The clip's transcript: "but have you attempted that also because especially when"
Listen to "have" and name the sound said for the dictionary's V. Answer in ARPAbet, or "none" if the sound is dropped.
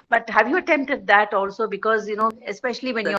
V